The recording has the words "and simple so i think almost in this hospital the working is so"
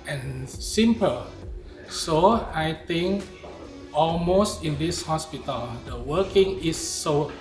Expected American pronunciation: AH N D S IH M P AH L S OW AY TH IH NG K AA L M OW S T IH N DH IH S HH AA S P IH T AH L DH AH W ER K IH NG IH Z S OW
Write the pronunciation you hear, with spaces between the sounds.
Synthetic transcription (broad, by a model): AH N S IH M P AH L S OW AY T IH NG K AA L M OW S T IH N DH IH S HH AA S P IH T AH L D AH W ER K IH NG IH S OW